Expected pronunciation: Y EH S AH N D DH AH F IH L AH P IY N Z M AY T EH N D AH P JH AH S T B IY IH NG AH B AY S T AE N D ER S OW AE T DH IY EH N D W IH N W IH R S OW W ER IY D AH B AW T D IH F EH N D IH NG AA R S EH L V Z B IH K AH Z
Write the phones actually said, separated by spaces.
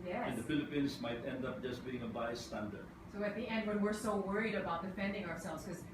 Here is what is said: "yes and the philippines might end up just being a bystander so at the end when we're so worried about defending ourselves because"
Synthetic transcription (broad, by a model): Y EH AH N D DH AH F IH L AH P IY N S M AY T EH N D AH P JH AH S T B IY IH NG AH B AY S T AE N D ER S OW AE T DH IY EH N D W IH N W IH R S OW W ER IY D AH B AW T D IH F EH N D IH NG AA R S EH L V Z K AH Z